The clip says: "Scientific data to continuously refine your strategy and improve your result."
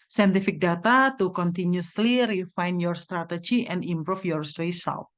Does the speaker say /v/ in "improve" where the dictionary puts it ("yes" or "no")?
no